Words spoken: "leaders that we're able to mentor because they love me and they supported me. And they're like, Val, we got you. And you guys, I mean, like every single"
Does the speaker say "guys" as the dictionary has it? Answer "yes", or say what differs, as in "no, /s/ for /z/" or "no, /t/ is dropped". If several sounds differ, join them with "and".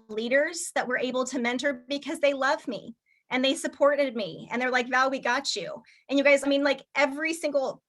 yes